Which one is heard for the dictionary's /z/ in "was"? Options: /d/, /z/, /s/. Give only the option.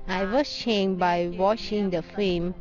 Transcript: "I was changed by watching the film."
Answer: /s/